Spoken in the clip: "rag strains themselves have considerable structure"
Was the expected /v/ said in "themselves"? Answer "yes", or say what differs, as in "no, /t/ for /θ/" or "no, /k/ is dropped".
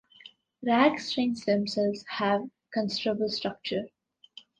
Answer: no, /v/ is dropped